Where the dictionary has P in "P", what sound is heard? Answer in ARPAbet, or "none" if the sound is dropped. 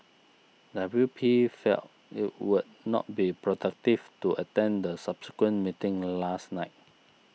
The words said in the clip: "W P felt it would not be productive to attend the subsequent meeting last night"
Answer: P